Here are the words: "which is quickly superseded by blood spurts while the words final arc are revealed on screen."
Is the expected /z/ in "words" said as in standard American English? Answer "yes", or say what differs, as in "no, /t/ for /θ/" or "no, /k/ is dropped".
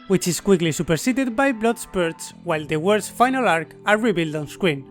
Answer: no, /s/ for /z/